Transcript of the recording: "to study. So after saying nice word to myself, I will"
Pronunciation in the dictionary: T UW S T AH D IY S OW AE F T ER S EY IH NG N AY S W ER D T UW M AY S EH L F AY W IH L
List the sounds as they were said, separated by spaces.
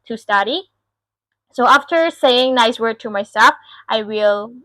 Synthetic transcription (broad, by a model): T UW S T AH D IY S OW AE F T ER S EY IH NG N AY S W ER D T UW M AY S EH L F AY W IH L